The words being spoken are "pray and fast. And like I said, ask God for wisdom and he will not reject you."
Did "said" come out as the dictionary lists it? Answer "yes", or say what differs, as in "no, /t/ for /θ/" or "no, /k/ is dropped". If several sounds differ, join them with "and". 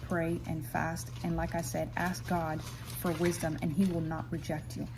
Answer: yes